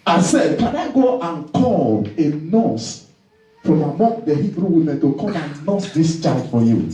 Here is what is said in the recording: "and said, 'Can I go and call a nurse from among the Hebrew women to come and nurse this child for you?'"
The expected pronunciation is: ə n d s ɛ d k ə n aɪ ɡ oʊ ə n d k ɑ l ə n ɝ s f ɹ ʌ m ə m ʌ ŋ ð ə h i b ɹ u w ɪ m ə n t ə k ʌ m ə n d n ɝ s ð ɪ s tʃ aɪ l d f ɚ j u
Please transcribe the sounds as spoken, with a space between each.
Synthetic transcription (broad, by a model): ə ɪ s ɛ d k ə n aɪ ɡ oʊ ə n k ɑ l ə n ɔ s f ɹ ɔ m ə m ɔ ŋ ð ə h i b ɹ u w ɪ m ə n t ə k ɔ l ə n n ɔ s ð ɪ s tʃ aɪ d f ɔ j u